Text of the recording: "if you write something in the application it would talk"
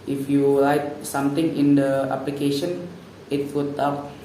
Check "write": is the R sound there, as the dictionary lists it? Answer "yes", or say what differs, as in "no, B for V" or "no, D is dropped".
no, L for R